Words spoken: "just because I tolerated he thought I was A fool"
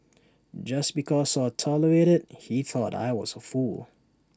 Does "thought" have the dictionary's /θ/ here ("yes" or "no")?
yes